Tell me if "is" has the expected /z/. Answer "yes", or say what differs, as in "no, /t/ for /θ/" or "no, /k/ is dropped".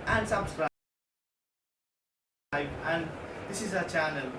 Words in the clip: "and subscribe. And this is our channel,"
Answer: yes